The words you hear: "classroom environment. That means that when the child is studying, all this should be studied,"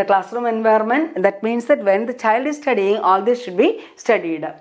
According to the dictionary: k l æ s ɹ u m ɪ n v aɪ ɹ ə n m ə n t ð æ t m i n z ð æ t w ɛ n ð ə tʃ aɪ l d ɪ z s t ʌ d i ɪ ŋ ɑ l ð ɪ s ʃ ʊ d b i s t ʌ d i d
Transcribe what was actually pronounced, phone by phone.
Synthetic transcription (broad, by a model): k l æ s ɹ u m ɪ n v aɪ ə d m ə n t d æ t m i n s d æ t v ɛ n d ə tʃ aɪ l d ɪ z s t ʌ d i ɪ ŋ ɑ l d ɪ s ʃ ʊ d b i s t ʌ d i d